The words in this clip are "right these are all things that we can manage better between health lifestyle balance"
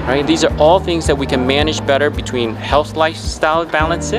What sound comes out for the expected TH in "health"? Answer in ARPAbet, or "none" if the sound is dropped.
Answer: TH